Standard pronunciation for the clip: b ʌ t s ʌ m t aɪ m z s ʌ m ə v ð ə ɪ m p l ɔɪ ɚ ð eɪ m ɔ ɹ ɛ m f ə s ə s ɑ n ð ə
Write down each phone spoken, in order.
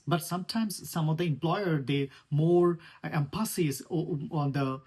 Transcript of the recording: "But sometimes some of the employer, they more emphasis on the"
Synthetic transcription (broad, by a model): b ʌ t s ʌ m t aɪ m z s ʌ m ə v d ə ɪ m p l ɔɪ ɚ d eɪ m ɔ ɹ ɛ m p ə s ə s ɑ n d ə